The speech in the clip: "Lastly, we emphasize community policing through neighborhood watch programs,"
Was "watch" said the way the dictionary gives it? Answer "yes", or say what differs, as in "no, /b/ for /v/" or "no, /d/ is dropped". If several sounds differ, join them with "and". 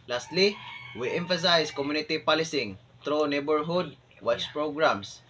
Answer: no, /s/ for /tʃ/